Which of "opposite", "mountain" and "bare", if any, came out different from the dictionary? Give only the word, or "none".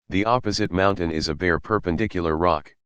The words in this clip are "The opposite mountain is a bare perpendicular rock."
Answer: none